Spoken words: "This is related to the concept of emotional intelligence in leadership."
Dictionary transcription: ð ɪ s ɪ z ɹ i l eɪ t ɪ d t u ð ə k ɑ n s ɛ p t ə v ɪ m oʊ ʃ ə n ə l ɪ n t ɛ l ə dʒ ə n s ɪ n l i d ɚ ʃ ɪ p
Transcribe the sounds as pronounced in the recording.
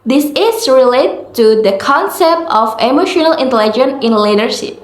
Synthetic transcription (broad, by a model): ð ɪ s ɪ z ɹ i l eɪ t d t u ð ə k ɑ n s ɛ p t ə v ɪ m oʊ ʃ ə n ə l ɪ n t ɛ l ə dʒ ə n ɪ n l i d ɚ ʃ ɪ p